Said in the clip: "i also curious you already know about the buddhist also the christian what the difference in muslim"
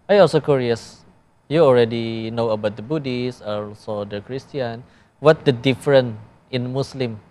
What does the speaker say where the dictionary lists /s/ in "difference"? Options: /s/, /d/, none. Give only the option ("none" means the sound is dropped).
none